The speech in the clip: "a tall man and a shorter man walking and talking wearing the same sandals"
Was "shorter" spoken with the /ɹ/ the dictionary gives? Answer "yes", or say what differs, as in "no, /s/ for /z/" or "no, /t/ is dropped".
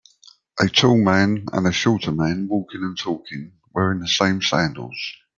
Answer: no, /l/ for /ɹ/